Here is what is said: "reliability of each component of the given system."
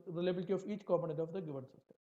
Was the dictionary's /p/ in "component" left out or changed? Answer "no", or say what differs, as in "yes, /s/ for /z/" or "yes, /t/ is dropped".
yes, /p/ is dropped